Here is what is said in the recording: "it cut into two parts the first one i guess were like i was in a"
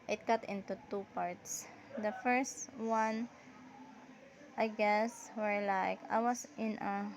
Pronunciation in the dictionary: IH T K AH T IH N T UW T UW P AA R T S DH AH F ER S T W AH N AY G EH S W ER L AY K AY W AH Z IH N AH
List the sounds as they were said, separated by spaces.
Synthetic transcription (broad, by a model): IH T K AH T IH N T UW T UW P AA R T S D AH F ER S T W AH N AY G EH S W ER L AY K AY W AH S IH N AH